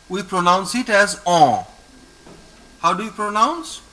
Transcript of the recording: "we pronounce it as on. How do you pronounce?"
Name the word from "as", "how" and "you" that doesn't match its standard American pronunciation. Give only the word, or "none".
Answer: none